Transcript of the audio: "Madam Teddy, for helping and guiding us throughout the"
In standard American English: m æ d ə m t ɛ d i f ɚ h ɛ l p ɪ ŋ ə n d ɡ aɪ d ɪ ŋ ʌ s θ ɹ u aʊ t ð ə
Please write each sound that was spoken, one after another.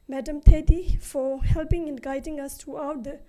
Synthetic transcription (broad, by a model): m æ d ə m t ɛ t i f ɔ h ɛ l p ɪ ŋ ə n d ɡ aɪ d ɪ ŋ ʌ s t ɹ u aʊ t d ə